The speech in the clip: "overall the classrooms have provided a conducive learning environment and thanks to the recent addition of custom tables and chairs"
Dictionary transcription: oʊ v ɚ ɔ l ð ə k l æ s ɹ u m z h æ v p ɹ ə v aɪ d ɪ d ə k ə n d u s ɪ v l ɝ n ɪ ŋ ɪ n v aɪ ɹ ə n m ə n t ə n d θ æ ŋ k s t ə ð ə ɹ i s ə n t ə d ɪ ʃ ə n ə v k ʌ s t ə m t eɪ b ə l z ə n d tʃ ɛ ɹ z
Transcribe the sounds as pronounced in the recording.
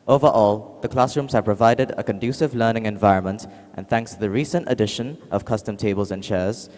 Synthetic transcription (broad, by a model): oʊ v ɚ ɔ l ð ə k l æ s ɹ u m z h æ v p ɹ ə v aɪ d ɪ d ə k ə n d u s ɪ v l ɝ n ɪ ŋ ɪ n v aɪ ɹ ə n m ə n t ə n θ æ ŋ k s t ə ð ə ɹ i s ə n t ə d ɪ ʃ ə n ə v k ʌ s t ə m t eɪ b ə l z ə n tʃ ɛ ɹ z